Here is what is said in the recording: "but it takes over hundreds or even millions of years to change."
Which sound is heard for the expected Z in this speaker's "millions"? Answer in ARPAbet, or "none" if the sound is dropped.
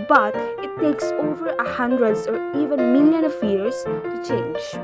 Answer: none